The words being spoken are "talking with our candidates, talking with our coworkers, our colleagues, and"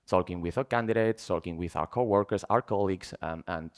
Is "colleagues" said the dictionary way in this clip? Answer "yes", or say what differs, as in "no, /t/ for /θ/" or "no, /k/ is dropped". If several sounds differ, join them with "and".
no, /s/ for /z/